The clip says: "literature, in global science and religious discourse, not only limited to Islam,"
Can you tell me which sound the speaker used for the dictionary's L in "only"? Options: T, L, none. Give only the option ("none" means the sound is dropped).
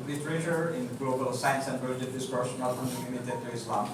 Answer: none